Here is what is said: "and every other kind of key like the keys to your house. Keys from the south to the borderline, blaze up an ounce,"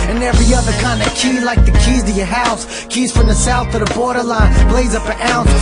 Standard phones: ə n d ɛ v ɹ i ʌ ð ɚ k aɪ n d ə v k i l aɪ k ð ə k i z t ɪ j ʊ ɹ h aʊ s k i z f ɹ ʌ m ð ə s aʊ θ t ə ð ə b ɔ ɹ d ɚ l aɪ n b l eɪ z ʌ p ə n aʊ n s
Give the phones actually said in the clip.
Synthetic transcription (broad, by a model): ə n ɛ v ɹ i ʌ ð ɚ k aɪ n d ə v k i l aɪ k ð ə k i z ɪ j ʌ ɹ h aʊ s k i z f ɹ ʌ m ð ə s aʊ θ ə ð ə b ɔ ɹ d ɚ l aɪ n b l eɪ z ʌ p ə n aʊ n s